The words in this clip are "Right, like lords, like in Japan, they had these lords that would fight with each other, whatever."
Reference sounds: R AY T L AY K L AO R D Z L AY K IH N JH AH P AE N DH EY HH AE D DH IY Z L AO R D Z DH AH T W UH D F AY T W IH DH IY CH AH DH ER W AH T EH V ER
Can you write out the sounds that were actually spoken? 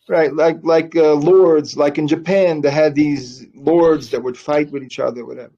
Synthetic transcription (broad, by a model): R AY T L AY K L AO R D Z L AY K IH N JH AH P AE N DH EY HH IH D DH IY Z L AO R D Z DH AH T W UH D F AY T W IH DH IY CH AH DH ER W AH T EH V ER